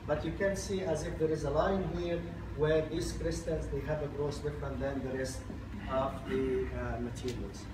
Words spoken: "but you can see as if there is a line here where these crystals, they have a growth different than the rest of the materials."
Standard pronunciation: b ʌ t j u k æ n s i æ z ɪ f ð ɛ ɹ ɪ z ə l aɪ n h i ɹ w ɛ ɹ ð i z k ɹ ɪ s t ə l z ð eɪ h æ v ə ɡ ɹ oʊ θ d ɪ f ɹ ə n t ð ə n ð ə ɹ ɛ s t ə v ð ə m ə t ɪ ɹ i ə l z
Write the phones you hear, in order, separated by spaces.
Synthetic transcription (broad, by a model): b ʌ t j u k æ n s i æ z ɪ f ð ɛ ɹ ɪ z ə l aɪ n h i ɹ w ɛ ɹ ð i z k ɹ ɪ s t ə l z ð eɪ h æ v ə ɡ ɹ oʊ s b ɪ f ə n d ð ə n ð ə ɹ ɛ s t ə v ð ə m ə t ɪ ɹ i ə l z